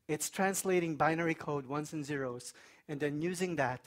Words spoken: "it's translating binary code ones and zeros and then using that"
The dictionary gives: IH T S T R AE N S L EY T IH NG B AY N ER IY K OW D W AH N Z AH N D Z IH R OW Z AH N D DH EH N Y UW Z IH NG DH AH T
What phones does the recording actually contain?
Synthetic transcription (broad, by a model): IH T S T R AE N S L EY T IH NG B AY N ER IY K OW D W AH N S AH N Z IH R OW Z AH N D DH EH N Y UW Z IH NG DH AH T